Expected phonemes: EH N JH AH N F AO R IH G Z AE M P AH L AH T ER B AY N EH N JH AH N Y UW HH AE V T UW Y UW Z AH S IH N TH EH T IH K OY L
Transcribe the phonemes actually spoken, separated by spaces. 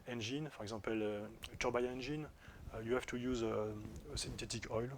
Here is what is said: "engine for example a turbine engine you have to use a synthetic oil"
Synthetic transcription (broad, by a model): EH N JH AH N F AO R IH G Z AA P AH L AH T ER B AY EH N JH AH N Y UW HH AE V T UW Y UW Z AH S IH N T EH T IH K OY L